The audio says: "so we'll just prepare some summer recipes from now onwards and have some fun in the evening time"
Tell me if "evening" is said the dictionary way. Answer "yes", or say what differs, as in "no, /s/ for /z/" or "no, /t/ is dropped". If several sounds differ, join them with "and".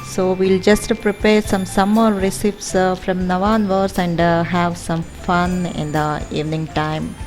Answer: yes